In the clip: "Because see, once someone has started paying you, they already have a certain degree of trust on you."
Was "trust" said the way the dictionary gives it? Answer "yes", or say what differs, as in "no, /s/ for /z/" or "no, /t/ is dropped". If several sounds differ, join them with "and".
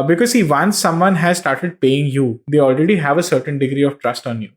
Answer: yes